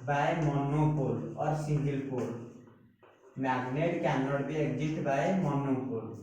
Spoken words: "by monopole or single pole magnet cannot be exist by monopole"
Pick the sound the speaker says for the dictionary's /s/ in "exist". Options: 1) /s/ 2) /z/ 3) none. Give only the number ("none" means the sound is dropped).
3